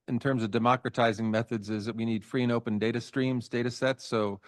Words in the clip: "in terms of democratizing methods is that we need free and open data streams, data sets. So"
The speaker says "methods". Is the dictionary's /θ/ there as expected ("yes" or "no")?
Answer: yes